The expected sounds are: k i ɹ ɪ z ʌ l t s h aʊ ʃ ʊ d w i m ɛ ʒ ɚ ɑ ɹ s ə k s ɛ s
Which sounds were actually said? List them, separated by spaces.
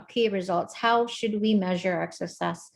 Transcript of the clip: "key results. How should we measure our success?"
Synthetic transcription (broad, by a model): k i ɹ ɪ z ʌ l t s h aʊ ʃ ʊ d w i m ɛ ʒ ɚ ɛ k s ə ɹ s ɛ s